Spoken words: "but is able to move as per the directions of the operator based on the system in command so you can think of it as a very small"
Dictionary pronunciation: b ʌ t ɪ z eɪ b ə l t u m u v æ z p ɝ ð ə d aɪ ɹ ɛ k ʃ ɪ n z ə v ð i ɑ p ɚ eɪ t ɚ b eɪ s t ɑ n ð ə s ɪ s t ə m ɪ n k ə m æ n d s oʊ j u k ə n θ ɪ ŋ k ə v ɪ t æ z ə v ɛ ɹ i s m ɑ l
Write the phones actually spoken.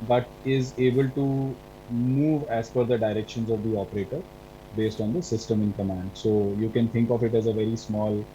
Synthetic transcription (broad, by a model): b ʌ t ɪ z eɪ b ə l t u m u v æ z f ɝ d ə d aɪ ɹ ɛ k ʃ ɪ n z ə v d i ɑ p ɚ eɪ t ɚ b eɪ s t ɑ n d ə s ɪ s t ə m ɪ n k ə m æ n d s oʊ j u k ə n t ɪ ŋ k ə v ɪ t æ z ə v ɛ ɹ i s m ɑ l